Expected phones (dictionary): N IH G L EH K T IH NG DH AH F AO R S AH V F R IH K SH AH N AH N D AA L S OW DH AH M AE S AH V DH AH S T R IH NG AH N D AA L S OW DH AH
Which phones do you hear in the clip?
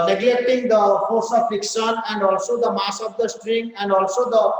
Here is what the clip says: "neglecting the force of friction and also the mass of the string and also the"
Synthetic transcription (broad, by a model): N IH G L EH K T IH NG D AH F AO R S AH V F IH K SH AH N AH N D AA L S OW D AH M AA S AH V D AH S T R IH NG AH N D AA L S OW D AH